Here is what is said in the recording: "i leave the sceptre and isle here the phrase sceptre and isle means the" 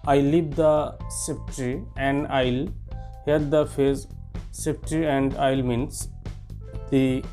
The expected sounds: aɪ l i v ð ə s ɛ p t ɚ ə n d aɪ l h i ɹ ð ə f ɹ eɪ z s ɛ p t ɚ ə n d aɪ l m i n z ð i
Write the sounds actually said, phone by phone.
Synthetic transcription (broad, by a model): aɪ l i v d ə s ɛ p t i ə n d aɪ l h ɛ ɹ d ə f eɪ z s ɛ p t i ə n d aɪ l m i n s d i